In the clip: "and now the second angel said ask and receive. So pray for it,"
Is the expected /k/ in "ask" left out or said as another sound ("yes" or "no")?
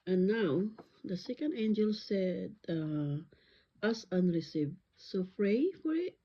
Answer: yes